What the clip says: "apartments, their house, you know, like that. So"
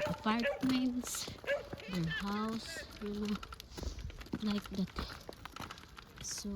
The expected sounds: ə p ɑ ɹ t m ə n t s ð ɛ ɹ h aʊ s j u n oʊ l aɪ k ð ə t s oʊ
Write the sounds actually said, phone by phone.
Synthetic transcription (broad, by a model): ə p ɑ ɹ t m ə n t s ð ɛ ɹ h aʊ s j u l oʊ l aɪ k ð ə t s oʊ